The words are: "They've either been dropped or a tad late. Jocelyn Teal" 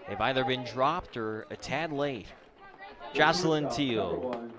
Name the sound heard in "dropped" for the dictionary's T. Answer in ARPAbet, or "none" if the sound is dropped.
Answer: T